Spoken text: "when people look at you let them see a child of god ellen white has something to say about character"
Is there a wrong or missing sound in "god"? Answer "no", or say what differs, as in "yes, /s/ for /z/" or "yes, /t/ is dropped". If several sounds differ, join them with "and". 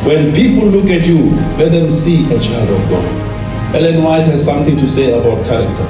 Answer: yes, /d/ is dropped